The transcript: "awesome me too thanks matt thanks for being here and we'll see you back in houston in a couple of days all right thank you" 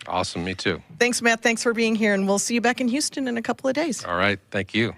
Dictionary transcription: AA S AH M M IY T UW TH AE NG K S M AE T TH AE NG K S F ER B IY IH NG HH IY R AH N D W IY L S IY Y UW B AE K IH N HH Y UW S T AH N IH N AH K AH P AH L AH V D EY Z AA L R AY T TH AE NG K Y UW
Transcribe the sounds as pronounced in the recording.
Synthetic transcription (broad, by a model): AA S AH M M IY T UW TH AE NG K S M AE T TH AE NG K S F ER B IY IH NG HH IY R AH N W IY L S IY Y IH B AE K IH N Y UW S T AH N IH N AH K AH P L AH V D EY Z AA L R AY T TH AE NG K Y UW